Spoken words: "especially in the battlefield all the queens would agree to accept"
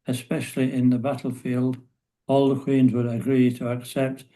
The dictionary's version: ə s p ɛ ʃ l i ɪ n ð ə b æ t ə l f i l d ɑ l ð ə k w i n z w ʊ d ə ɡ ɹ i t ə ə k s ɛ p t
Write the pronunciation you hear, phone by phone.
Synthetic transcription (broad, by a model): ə s p ɛ ʃ l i ɪ n ð ə b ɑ t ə l f i l d ɑ l ð ə k w i n z w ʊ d ə ɡ ɹ i t ə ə k s ɛ p t